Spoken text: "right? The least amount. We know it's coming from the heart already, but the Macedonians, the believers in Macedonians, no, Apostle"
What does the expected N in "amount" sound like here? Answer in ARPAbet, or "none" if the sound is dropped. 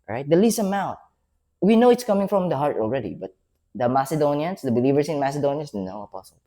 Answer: none